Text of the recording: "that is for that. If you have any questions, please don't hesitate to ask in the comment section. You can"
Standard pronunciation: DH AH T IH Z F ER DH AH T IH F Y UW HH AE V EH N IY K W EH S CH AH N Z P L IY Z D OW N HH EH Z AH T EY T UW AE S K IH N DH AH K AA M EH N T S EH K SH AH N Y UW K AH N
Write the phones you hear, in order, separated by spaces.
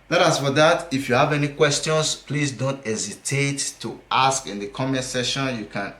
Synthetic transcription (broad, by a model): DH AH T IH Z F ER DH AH T IH F Y UW HH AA V EH N IY K W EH S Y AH N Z P L IY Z D OW N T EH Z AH T EY T UW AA S K IH N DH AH K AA M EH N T S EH SH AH N Y UW K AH N